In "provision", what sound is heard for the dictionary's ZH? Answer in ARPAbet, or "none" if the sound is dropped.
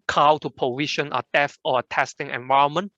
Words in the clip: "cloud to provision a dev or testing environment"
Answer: SH